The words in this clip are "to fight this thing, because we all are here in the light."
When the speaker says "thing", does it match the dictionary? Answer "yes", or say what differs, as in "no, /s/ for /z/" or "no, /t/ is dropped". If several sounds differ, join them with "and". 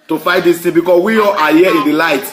no, /t/ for /θ/